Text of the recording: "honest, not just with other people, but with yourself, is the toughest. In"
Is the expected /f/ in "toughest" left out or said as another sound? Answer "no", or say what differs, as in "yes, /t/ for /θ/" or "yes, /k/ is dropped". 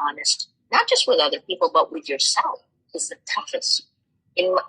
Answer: no